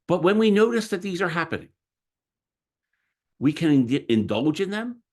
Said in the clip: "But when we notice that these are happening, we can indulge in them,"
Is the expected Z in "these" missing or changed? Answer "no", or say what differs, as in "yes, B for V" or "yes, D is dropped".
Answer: no